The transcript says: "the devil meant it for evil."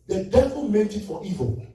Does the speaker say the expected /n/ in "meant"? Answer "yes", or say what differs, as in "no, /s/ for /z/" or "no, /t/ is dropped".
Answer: no, /n/ is dropped